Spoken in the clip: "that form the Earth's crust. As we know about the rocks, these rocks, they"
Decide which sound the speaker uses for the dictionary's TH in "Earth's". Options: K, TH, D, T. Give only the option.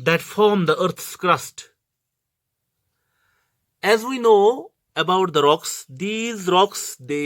T